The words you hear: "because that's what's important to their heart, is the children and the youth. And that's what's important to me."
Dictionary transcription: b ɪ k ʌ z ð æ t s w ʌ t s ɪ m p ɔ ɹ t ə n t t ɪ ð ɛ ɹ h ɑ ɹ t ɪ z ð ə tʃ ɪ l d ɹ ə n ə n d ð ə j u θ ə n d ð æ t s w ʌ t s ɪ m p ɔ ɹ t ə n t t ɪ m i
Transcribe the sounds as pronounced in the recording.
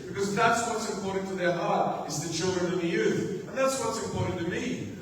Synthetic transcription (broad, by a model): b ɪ k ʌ z ð æ t s w ʌ t s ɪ m p ɔ ɹ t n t t ɪ ð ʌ ɹ h ɑ ɹ t ɪ z ð ə tʃ ɪ l d ɹ ə n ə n ð ə j u θ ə n ð æ t s w ʌ t s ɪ m p ɔ ɹ t n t t ɪ m i